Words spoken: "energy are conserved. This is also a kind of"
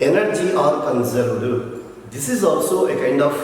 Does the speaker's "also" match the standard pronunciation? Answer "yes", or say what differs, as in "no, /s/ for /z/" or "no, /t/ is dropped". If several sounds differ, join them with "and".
yes